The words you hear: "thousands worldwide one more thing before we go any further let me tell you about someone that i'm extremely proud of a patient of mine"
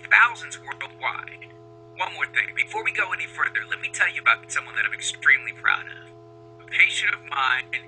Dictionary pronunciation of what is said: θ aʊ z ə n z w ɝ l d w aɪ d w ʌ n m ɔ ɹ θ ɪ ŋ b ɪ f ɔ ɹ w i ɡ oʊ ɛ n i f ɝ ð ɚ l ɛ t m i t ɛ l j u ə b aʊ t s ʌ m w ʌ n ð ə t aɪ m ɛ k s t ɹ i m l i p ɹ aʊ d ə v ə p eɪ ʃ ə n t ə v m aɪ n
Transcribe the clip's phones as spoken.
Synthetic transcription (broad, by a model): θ aʊ z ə n z w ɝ l d w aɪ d w ʌ n m ɔ ɹ θ ɪ ŋ b ɪ f ɔ ɹ w i ɡ oʊ ɛ n i f ɝ ð ɚ l ɛ t m i t ɛ l j ə b aʊ t s ʌ m w ʌ n ð ə t aɪ m ɛ k s t ɹ i m l i p ɹ aʊ d ə v ə p eɪ ʃ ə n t ə v m aɪ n